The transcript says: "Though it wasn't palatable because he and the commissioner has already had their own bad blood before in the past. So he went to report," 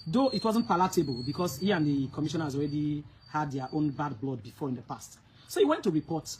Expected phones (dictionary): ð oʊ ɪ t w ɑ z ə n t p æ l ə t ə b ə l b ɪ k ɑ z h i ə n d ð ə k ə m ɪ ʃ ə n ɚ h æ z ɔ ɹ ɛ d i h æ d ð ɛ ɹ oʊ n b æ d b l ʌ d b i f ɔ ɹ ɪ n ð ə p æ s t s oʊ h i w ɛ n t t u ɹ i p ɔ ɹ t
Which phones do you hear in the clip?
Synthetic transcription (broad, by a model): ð oʊ ɪ t w ɑ z ə n t p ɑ l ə t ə b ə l b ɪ k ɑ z h i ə n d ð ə k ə m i ʃ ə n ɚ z ɔ ɹ ɛ d i h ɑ d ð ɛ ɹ oʊ n b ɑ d b l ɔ d b i f ɔ ɹ ɪ n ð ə p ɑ s t s oʊ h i w ɛ n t t u ɹ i p ɔ t